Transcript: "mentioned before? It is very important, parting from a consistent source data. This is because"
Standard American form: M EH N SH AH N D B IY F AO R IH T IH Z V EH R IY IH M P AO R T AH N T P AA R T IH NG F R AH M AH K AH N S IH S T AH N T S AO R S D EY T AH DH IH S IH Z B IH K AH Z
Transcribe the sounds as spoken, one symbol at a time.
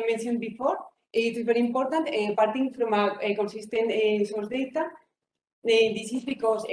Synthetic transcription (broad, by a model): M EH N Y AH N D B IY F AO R IH T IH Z B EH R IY M P AO R T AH N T P AA R T IH NG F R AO M AH K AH N S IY S T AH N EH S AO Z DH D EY T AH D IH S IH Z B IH K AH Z